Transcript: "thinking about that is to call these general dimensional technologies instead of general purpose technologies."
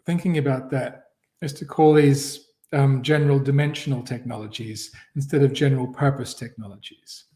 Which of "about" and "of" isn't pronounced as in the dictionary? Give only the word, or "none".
none